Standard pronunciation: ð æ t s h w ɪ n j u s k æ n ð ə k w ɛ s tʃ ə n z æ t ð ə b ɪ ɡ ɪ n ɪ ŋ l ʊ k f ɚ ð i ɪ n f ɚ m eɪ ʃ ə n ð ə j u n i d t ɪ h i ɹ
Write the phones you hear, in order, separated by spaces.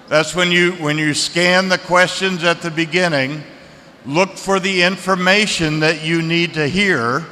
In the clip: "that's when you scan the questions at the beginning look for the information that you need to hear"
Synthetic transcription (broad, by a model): ð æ t s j w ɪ n j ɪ s k æ n ð ə k w ɛ s tʃ ə n z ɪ t ð ə b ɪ ɡ ɪ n ɪ ŋ l ʊ k f ɚ ð i ɪ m f ɚ m eɪ ʃ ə n ð ə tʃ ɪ n i d t ɪ h i ɹ